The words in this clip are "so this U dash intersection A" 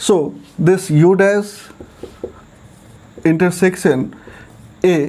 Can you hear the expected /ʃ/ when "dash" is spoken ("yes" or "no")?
no